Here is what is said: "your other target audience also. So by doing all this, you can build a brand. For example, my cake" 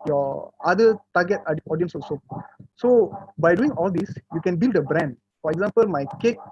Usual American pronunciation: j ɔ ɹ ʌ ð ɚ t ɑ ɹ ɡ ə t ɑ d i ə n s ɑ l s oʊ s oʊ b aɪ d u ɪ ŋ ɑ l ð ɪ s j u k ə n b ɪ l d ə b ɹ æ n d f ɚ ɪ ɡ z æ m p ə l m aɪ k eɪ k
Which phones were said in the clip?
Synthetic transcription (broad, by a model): j ɔ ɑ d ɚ t ɑ ɡ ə t ɑ d i ə n s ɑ s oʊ s oʊ b aɪ d u ɪ ŋ ɑ l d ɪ s j u k ə n b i l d ə b ɹ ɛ n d f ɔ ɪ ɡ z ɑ m p ə l m aɪ k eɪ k